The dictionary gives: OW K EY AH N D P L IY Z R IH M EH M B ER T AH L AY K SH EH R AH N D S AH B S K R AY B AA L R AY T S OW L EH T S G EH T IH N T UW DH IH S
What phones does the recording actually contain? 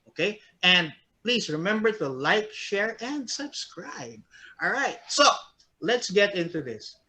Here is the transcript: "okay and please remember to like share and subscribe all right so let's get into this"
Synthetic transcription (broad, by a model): OW K EY AH N D P L IY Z R IH M EH M B ER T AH L AY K SH EH R AH N D S AH B S K R AY B AA L R AY T S OW L EH T S G EH T IH N T UW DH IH S